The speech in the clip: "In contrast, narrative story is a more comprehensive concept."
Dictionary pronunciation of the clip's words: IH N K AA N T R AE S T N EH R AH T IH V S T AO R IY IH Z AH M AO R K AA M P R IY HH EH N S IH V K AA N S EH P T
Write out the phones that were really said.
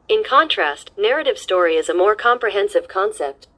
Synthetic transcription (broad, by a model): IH N K AA N T R AE S T N EH R AH T IH V S T AO R IY IH Z AH M AO R K AA M P R IY HH EH N S IH V K AA N S EH P T